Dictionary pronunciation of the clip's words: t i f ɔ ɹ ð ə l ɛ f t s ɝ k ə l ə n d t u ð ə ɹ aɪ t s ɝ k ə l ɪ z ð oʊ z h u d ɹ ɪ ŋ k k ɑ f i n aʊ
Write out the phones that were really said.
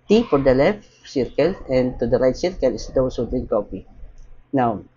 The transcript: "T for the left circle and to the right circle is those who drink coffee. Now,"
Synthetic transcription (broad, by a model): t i f ɔ ɹ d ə l ɛ f t s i k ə l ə n t u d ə ɹ aɪ t s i k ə l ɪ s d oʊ s h u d l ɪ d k k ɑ p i n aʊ